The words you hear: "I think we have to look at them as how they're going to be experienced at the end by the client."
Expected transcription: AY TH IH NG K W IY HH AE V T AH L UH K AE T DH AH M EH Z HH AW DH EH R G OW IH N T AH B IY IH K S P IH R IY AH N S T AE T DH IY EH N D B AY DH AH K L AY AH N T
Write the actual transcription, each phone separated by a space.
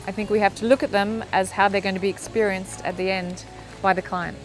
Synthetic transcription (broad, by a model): AY TH IH NG K W IY HH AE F T AH L UH K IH T DH AH M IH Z HH AW DH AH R G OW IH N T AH B IY IH K S P IH R IY AH N S T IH T DH IY EH N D B AY DH AH K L AY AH N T